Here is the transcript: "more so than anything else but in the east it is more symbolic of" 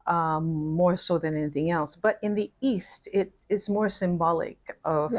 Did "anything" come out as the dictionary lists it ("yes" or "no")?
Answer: yes